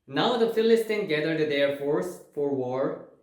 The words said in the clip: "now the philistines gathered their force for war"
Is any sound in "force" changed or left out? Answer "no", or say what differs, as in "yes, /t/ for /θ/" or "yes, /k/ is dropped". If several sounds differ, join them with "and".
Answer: no